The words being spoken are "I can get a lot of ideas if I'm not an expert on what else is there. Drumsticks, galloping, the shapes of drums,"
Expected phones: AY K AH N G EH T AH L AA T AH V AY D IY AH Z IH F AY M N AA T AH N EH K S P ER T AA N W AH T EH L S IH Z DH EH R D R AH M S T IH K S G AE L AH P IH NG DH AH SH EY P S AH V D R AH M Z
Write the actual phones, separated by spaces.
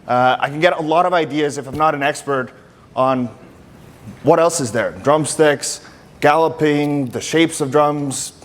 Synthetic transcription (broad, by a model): AY K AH N G EH T AH L AA T AH V AY D IY AH Z IH F AY M N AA T AH N EH K S P ER T N W AH T EH L S IH Z DH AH R D R AH M S T IH K S G AE L AH P IH NG DH AH SH EY P S AH V D R AH M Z